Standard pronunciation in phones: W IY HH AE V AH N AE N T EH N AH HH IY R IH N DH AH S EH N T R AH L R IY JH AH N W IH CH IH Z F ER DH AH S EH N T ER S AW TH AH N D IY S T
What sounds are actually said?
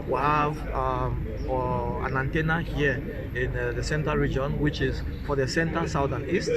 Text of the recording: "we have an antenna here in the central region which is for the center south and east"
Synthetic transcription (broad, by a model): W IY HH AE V AH N AE N T EH N AH HH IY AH IH N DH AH S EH N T AH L R IY JH AH N W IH CH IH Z F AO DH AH S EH N T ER S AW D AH N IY S T